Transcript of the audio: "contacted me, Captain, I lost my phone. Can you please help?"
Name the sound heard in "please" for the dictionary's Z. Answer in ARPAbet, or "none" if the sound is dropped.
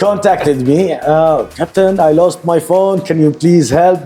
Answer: Z